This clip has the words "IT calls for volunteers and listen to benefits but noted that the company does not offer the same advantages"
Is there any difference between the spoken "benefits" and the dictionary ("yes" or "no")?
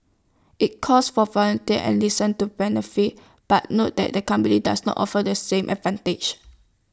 yes